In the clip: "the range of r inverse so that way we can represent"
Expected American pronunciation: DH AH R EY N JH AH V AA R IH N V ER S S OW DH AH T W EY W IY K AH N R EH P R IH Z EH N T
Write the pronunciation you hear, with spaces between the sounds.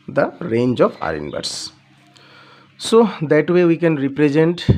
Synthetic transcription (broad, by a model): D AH R EY N JH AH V AA R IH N B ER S S OW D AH T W EY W IY K AH N R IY P R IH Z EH N T